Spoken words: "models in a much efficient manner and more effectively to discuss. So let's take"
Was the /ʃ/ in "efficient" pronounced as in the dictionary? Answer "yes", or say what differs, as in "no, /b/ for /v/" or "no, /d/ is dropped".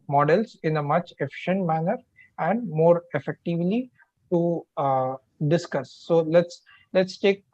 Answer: yes